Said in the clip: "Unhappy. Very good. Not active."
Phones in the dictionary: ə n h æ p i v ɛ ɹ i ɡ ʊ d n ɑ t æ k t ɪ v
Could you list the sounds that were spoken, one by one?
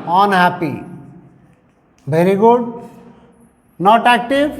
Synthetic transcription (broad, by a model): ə n h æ p i b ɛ ɹ i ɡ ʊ d n ɑ t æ k t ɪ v